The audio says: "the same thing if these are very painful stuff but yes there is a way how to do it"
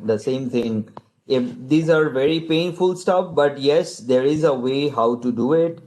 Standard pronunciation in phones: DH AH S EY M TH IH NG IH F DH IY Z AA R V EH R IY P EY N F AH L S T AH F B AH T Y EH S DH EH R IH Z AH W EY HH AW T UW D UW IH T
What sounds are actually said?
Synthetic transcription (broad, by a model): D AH S EY M T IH NG IH F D IY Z AA R V EH R IY P EY N F AH L S T AH F B AH T Y EH S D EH R IH Z AH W EY HH AW T UW D UW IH T